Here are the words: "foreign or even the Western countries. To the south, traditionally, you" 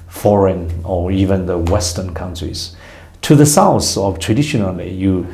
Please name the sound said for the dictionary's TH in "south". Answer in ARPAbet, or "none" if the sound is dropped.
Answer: F